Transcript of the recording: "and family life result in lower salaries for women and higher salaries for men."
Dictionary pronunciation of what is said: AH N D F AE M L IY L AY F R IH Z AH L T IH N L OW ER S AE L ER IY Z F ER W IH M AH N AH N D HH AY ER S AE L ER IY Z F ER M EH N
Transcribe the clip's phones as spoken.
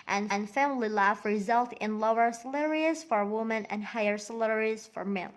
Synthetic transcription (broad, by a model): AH N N F AE M L IY L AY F R IH Z AH L T IH N L OW ER S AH L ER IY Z F ER W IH M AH N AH N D HH AY ER S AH L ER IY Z F ER M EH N